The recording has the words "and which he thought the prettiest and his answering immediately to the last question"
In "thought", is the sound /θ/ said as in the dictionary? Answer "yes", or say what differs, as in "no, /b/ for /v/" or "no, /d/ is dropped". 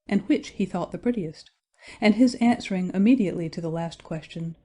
yes